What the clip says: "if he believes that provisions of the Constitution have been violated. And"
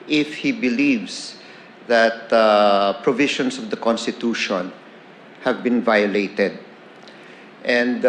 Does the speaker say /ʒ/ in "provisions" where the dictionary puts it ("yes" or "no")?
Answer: no